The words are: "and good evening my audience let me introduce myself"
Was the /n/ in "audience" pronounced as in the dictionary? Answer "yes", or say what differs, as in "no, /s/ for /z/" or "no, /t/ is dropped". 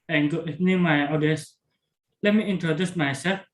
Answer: no, /n/ is dropped